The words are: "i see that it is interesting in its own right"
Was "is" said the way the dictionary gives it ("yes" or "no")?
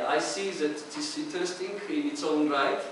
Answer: no